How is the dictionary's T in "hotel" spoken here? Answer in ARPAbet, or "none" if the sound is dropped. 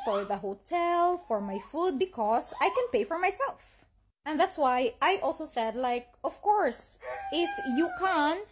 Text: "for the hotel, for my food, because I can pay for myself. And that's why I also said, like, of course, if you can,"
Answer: T